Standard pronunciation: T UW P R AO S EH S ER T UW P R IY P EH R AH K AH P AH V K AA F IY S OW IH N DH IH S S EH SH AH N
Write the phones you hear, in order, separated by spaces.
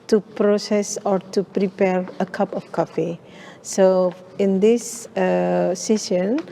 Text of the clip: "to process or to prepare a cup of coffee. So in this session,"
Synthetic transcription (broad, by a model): T UW P R AO S EH S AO T UW P R IY P EH R AH K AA P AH F K AA F IY S OW IH N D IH S S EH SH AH N